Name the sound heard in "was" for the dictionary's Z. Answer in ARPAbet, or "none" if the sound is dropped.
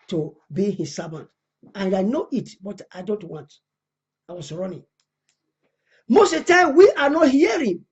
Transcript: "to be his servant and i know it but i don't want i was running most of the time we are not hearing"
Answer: S